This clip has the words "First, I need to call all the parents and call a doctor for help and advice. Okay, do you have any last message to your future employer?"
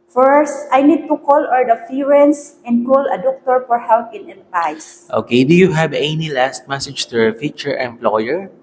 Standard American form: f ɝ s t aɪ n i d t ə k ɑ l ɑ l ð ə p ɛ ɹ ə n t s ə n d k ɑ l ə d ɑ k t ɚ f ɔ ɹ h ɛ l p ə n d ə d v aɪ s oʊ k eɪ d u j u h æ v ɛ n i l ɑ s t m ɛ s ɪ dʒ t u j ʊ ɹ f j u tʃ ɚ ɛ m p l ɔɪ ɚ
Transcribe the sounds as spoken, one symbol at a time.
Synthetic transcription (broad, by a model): f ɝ s t aɪ n i d t ə k ɑ l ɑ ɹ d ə f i ɹ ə n s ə n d k ɑ l ə d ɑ k t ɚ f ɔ ɹ h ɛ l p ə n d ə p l aɪ s oʊ k eɪ d u j u h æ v ɛ n i l ɑ s t m ɛ s ɪ dʒ t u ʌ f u tʃ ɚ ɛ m p l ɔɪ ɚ